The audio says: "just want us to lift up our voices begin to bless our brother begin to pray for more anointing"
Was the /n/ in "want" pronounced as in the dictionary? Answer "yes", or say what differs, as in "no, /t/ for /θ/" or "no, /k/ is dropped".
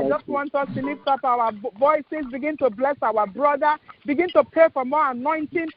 yes